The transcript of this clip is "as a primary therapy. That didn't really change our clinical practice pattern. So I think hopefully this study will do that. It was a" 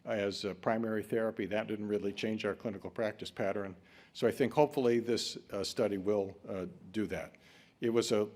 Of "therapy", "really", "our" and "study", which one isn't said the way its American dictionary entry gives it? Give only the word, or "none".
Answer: none